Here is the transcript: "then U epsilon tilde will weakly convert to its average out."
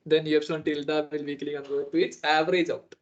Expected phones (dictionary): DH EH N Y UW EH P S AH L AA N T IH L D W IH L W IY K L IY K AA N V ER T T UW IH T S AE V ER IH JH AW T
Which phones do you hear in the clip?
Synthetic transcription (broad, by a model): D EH N Y UW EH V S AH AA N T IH L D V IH L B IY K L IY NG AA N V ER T T UW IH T AE V ER IH JH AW T